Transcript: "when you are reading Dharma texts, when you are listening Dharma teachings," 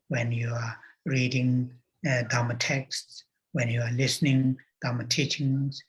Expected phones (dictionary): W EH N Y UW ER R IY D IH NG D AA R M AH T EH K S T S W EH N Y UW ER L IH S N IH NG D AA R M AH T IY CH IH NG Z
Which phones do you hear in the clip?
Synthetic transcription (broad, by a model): W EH N Y UW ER R IY D IH NG D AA M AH T EH K S T S W EH N Y UW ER L IH S N IH NG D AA M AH T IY CH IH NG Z